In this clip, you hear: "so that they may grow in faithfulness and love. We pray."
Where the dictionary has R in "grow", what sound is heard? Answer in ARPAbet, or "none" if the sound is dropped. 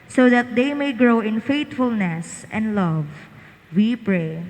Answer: R